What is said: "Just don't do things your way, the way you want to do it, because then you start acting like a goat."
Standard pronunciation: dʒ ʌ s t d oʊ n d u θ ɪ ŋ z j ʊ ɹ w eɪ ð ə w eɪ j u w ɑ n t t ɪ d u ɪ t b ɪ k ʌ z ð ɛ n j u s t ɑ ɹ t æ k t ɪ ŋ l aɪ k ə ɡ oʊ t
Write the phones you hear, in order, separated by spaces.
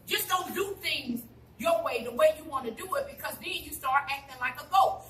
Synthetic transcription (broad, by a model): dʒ ʌ s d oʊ n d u θ ɪ ŋ z j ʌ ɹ w eɪ ð ə w eɪ j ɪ w ɑ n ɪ d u ɪ t b ɪ k ʌ z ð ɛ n j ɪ s t ɑ ɹ t æ k t ɪ ŋ l aɪ k ə ɡ oʊ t